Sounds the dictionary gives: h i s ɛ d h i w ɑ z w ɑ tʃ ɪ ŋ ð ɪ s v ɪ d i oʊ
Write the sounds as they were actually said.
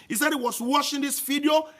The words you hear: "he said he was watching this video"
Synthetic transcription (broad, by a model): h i s ɛ d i w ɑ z w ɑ ʃ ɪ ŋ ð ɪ s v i d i oʊ